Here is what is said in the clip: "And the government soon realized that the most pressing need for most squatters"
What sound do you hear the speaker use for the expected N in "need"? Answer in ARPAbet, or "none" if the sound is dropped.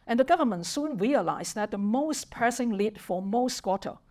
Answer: L